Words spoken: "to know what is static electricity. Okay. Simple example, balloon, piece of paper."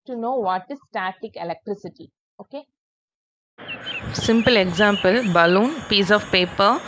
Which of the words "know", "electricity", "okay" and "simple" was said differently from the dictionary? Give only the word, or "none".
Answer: none